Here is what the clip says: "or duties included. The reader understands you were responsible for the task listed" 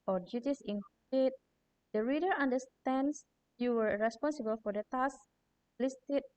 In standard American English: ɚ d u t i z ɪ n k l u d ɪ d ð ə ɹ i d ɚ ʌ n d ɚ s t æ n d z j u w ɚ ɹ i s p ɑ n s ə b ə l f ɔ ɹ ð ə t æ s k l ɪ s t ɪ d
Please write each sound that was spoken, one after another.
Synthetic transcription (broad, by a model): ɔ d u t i s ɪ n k i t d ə ɹ i d ɚ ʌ n d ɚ s t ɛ n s j u w ɚ ɹ i s p ɑ n s ə b ə l f ɔ ɹ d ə t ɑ s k l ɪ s t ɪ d